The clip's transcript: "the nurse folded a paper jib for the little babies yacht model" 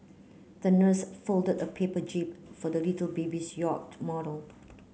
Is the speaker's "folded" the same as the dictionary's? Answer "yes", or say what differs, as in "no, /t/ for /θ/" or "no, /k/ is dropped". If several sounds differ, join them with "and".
yes